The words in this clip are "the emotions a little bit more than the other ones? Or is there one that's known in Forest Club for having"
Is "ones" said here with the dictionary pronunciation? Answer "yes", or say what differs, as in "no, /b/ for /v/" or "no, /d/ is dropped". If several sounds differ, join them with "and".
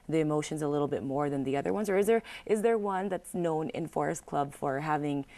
yes